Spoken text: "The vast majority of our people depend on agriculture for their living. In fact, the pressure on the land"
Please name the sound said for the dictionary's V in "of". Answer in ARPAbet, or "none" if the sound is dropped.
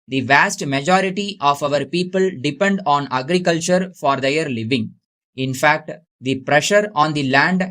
V